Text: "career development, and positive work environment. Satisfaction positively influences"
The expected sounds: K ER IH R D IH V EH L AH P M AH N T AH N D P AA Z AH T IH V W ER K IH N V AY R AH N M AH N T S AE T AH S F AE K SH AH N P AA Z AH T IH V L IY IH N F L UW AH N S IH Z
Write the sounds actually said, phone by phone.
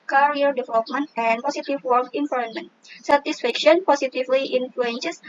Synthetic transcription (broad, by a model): K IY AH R D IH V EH L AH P M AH N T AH N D P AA S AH T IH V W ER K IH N P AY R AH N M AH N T S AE T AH S F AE K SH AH N P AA S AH T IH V L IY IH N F L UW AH N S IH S